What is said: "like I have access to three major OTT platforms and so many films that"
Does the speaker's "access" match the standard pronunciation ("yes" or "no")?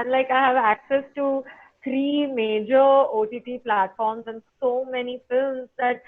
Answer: yes